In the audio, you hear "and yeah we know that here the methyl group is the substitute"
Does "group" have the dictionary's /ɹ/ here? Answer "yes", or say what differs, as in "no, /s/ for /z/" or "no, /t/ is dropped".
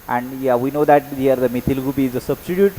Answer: no, /ɹ/ is dropped